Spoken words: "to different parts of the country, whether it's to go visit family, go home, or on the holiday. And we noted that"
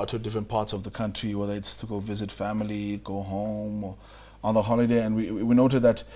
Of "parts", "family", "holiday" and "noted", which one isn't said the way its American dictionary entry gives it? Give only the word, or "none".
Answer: none